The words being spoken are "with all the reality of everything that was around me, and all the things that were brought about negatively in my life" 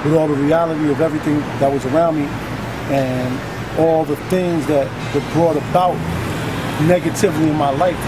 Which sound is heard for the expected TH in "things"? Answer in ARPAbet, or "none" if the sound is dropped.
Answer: TH